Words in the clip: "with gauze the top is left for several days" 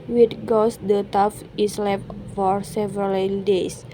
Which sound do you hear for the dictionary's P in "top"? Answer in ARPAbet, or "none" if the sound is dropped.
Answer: F